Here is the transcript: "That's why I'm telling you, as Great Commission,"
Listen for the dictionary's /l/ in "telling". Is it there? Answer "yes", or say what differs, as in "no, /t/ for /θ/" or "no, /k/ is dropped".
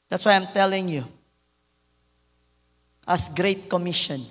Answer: yes